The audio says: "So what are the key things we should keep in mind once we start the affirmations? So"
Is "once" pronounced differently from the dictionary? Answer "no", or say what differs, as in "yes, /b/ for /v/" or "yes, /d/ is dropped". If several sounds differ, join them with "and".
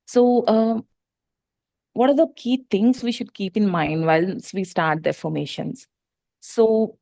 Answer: yes, /l/ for /n/